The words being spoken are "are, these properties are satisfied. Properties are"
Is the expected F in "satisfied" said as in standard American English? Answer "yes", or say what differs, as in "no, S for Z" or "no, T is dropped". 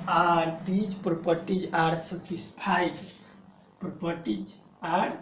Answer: no, P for F